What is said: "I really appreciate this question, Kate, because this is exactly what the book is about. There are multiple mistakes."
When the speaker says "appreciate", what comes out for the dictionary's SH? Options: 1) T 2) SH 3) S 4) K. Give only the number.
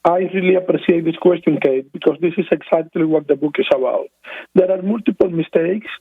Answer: 3